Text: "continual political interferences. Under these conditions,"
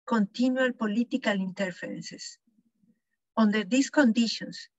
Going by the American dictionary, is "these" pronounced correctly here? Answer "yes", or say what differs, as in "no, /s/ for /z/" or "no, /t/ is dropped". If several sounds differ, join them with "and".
no, /s/ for /z/